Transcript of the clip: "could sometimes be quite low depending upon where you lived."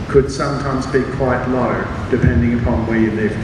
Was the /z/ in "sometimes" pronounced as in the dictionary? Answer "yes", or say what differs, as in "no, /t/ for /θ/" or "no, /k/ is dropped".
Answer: yes